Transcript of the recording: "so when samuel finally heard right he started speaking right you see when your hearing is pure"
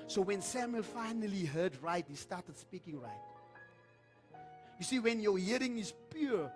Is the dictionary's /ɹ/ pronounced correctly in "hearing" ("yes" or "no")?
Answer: yes